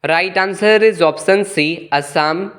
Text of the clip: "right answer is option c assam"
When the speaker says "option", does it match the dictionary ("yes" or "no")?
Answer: no